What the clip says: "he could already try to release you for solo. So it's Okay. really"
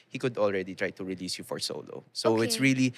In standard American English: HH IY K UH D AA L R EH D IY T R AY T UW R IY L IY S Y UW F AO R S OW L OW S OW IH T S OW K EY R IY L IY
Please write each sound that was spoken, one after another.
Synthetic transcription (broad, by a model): HH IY K UH D AA L R EH D IY T R AY T UW R IY L IY S Y UW F AO R S OW L OW S OW IH T S R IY L IY